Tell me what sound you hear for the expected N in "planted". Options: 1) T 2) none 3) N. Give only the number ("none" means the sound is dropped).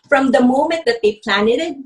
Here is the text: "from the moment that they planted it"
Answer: 3